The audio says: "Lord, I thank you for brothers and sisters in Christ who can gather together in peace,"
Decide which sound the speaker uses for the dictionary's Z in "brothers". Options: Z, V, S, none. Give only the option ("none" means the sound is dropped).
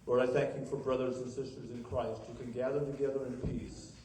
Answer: Z